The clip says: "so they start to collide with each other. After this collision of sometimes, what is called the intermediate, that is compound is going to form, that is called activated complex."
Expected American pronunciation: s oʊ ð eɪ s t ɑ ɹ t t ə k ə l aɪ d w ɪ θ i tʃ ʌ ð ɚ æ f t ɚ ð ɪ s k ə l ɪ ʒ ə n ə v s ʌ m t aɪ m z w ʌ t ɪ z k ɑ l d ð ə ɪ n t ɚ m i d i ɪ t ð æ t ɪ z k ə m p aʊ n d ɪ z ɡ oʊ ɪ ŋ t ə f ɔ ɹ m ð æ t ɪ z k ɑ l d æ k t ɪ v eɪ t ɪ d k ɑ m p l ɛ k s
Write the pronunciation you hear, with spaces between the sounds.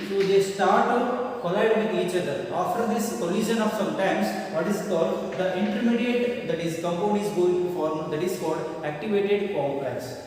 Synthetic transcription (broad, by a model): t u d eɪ s t ɑ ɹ t t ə k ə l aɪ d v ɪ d i tʃ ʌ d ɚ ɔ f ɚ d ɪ s k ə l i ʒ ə n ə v s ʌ m t aɪ m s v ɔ t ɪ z k ɑ l d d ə ɪ n t ɚ m i d i ɪ t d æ t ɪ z k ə m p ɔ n ɪ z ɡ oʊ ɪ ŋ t f ɔ ɹ m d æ t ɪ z k ɑ l d æ k t ɪ v eɪ t ɪ d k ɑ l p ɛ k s